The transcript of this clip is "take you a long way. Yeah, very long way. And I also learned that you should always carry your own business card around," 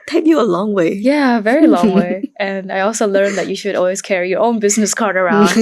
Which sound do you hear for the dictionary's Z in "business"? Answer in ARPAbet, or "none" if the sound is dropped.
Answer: Z